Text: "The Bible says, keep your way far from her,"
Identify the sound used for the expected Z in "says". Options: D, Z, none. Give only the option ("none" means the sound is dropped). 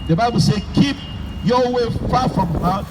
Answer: none